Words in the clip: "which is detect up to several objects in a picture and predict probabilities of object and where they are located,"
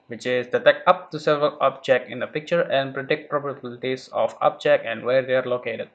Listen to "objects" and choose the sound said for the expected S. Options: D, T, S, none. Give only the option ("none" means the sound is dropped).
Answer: none